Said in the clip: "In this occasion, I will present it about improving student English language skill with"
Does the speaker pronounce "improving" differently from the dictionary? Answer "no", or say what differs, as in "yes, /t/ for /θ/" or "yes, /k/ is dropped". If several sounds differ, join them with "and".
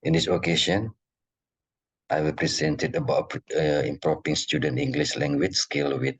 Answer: yes, /p/ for /v/